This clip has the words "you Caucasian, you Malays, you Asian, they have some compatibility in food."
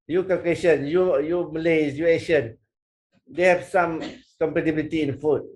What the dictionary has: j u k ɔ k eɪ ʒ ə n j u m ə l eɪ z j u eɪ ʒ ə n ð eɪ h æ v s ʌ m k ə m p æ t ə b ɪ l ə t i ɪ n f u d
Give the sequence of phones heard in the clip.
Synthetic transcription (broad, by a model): j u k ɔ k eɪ ʃ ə n j u m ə l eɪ s j u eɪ ʃ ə n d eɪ h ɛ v s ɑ m k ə m p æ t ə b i l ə t i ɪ n f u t